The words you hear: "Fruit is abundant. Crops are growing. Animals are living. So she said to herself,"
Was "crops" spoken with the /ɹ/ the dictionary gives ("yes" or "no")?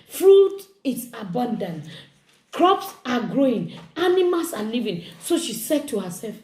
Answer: yes